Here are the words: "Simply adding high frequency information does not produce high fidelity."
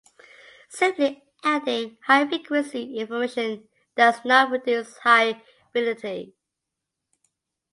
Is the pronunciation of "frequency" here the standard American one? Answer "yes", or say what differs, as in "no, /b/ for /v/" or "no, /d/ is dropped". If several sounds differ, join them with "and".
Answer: no, /n/ is dropped